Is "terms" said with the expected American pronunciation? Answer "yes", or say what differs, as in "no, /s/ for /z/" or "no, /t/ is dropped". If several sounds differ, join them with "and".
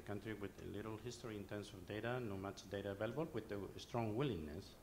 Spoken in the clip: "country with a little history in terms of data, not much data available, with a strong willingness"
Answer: no, /s/ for /z/